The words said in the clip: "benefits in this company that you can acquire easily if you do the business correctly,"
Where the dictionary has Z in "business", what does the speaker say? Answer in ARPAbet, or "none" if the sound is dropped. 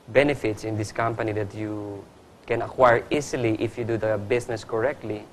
S